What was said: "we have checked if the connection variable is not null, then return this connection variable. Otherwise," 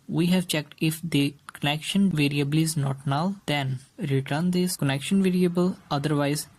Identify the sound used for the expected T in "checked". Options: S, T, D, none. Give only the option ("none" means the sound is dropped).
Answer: T